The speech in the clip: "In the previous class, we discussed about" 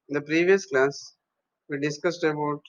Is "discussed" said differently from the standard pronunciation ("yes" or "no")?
no